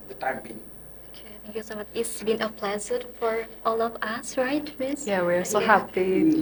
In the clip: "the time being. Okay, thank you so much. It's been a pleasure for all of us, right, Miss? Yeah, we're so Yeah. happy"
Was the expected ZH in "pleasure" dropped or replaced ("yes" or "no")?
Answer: yes